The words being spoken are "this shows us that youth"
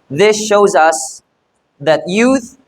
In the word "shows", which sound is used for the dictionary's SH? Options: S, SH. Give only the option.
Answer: SH